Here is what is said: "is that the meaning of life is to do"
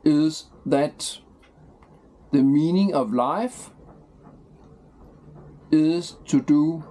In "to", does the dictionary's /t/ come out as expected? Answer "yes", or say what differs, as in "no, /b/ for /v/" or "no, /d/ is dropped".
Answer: yes